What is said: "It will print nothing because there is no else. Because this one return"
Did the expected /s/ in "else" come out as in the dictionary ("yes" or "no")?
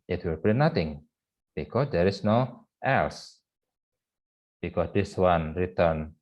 yes